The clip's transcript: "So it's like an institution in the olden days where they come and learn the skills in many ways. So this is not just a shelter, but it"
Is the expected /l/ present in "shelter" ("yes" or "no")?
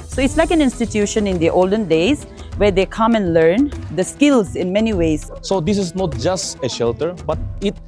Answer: yes